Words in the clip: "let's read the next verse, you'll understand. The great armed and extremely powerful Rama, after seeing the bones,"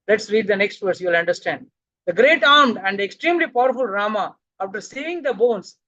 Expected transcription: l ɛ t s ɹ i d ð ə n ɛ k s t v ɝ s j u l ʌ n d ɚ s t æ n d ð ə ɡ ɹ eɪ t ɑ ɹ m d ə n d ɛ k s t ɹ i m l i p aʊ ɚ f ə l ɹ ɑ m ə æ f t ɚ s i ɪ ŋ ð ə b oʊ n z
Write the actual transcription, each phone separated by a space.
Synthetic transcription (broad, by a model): l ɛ t s ɹ i d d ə n ɛ k s t v ɝ s j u l ʌ n d ɚ s t æ n d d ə ɡ ɹ eɪ t ɑ ɹ m d ə n d ɛ k s t ɹ i m l i p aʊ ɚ f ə l ɹ ɑ m ə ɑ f t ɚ s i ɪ ŋ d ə b oʊ n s